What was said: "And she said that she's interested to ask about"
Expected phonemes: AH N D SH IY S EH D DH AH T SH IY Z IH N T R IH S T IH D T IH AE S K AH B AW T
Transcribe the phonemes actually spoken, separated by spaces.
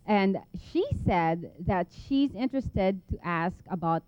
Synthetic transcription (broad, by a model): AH N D SH IY S EH D DH AH T SH IY Z IH N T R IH S T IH D T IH AE S K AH B AW T